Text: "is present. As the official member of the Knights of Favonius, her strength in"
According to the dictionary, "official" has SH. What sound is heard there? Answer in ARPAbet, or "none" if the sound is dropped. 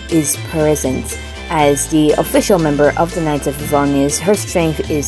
SH